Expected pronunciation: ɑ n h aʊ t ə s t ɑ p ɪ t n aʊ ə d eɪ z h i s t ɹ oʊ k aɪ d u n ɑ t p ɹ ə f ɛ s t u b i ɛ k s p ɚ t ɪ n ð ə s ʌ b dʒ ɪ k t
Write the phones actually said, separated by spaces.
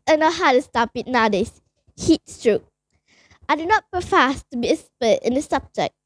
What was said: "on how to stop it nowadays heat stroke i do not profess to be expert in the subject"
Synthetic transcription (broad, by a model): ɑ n h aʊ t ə s t ɑ p ɪ t n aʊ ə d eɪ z h i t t ɹ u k aɪ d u n ɑ t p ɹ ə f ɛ s t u b i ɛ s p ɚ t ɪ n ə s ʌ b dʒ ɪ k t